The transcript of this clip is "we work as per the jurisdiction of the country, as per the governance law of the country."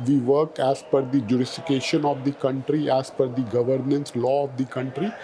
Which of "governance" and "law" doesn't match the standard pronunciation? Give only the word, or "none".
none